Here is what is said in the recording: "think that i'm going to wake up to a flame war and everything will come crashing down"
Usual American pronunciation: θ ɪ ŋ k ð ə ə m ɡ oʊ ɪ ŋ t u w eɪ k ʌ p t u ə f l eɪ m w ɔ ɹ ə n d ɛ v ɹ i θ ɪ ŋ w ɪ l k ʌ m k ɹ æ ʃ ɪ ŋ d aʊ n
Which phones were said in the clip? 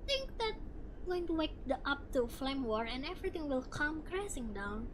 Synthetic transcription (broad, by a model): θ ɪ ŋ k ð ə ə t ɡ oʊ ɪ ŋ t u w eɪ k ʌ p t u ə f l eɪ m w ɔ ɹ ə n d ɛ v ɹ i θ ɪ ŋ w ɪ l k ʌ m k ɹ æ s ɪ ŋ d aʊ n